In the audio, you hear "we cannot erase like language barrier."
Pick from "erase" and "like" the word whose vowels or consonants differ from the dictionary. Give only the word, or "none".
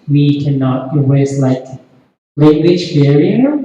erase